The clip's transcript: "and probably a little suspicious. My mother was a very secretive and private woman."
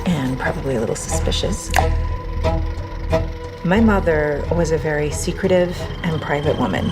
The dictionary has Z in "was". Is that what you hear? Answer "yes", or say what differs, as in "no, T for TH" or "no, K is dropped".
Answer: yes